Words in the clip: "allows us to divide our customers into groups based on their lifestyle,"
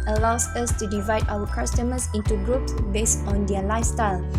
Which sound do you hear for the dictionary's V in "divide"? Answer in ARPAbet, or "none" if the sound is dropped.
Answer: V